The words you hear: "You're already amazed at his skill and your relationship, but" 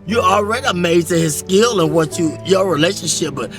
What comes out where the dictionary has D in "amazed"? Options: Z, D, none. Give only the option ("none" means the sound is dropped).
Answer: none